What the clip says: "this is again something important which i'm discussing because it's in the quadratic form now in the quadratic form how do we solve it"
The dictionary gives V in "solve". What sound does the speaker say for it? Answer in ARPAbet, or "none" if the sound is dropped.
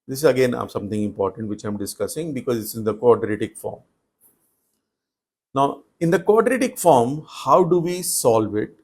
V